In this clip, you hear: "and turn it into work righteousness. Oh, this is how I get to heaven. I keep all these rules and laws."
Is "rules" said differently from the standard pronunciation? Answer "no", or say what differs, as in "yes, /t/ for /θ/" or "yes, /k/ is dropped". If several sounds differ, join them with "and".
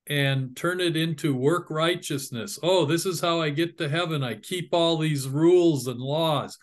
no